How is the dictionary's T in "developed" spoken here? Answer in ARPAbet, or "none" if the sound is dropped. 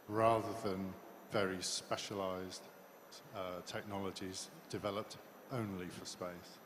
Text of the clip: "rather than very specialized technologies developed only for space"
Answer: T